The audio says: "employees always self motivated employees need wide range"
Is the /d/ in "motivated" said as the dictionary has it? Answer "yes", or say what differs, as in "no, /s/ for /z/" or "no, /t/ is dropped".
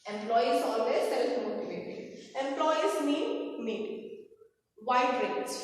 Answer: no, /d/ is dropped